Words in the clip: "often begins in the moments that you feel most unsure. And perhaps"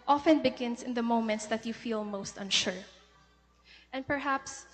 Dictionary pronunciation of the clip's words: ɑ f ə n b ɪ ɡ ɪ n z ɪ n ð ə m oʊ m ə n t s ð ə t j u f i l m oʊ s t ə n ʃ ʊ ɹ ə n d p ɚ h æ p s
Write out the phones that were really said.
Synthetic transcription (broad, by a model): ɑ f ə n b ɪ ɡ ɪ n s ɪ n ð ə m oʊ m ə n t s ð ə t j u f i l m oʊ s t ə n ʃ ʊ ɹ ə n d p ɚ h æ p s